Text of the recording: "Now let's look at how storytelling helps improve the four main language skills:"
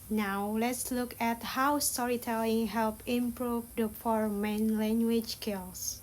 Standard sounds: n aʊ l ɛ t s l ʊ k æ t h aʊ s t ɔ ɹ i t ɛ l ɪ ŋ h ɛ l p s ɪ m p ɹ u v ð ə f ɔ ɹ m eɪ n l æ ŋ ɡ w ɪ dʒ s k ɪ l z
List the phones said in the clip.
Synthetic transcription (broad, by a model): n aʊ l ɛ t s l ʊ k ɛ t h aʊ s t ɔ ɹ i t ɛ l ɪ ŋ h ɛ l p ɪ m p ɹ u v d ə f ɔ ɹ m eɪ n l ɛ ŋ ɡ w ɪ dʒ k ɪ l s